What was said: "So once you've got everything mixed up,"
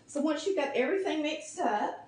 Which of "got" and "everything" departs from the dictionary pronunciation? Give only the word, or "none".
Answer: none